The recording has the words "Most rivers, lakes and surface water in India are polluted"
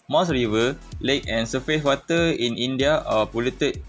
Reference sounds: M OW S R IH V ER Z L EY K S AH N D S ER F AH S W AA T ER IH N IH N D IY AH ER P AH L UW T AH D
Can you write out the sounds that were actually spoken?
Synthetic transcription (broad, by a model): M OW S R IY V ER L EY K AH N S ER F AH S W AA T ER IH N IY N D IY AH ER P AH L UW T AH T